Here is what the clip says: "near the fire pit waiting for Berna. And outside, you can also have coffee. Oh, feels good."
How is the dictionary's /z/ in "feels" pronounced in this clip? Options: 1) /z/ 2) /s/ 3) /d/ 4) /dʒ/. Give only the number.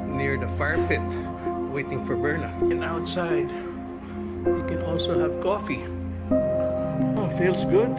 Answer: 2